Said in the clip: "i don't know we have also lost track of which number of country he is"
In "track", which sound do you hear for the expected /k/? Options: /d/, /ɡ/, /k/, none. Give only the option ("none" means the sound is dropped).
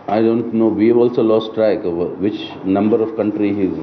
none